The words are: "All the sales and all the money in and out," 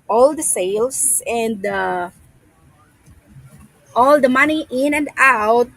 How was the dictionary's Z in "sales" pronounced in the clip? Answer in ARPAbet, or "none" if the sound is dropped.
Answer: S